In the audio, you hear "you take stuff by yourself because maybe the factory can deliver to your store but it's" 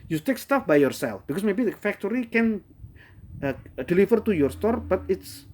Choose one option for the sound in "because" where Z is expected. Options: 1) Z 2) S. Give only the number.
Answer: 2